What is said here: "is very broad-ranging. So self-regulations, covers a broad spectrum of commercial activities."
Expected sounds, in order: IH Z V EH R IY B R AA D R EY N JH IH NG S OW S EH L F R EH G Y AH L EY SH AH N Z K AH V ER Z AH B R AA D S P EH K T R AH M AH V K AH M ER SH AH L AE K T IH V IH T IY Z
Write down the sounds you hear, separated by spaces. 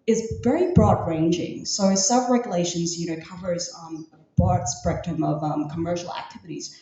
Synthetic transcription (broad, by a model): IH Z V EH R IY B R AA D R EY N JH IH NG S OW S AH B R EH G Y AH L EY SH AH N Z K AH V ER Z AH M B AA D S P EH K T AH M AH V K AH M ER SH L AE K T IH V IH T IY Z